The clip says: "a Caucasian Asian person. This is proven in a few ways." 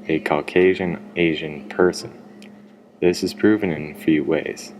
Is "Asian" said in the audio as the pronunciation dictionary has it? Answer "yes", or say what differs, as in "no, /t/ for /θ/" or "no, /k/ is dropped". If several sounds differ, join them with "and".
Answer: yes